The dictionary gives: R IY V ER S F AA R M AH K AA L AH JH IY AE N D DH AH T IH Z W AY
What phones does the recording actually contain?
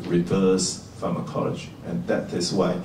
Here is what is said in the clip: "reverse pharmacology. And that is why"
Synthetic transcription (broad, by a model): R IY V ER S F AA M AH K AA L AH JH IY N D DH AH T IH S W AY